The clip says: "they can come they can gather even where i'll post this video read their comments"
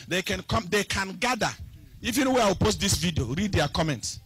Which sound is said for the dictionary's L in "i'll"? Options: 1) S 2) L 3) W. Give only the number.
3